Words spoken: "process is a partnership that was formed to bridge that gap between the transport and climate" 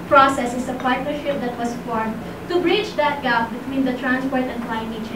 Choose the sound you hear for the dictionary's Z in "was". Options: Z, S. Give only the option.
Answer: S